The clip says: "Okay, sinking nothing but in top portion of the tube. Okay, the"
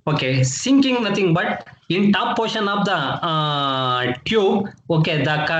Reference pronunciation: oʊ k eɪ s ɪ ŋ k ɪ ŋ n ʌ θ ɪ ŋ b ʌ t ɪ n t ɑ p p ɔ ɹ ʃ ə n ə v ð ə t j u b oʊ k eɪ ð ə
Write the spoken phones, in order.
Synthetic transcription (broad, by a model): oʊ k eɪ s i ŋ k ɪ ŋ n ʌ t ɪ ŋ b ʌ t ɪ n t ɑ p p ɔ ɹ ʃ ə n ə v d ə t j u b oʊ k eɪ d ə